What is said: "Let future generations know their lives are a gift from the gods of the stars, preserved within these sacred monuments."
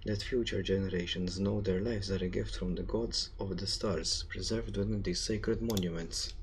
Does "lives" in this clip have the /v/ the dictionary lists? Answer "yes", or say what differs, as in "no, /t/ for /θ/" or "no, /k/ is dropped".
no, /f/ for /v/